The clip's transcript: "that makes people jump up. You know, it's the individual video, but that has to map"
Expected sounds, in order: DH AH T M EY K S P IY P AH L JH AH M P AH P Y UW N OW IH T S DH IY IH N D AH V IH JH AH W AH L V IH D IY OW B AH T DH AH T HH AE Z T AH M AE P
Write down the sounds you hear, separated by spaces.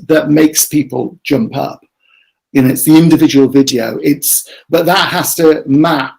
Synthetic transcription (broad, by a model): DH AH T M EY K S P IY P AH L JH AH M P AH P Y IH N OW IH T S DH IY IH N D AH V IH JH AH W AH L V IH D IY OW B AH T DH AH T HH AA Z T AH M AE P